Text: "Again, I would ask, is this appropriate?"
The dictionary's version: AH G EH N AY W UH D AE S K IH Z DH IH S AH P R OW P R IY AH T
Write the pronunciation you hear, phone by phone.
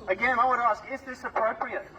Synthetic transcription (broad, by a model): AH G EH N AY W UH D AE S K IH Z DH IH S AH P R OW P R IY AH T